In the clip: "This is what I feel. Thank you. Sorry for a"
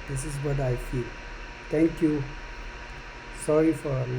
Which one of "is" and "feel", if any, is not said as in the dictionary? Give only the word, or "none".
is